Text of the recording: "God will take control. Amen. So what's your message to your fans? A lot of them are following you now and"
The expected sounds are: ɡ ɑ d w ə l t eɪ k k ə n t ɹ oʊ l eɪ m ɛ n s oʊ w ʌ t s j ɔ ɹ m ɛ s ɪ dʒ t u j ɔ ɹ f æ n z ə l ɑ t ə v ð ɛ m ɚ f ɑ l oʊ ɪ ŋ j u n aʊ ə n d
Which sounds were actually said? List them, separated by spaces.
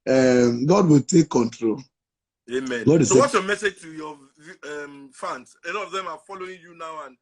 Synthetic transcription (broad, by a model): ɡ ɑ d w ə l t eɪ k k ə n t ɹ oʊ l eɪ m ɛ n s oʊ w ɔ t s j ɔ m ɛ s ɪ dʒ t u j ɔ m f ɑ n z ə n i ə v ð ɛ m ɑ f ɑ l oʊ ɪ ŋ j u n aʊ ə n